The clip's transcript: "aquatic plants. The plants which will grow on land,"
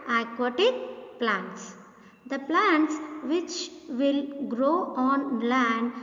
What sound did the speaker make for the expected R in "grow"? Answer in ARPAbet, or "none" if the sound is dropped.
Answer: R